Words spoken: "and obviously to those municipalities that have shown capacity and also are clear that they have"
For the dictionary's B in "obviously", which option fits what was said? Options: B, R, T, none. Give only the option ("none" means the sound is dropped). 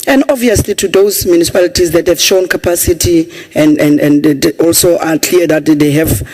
none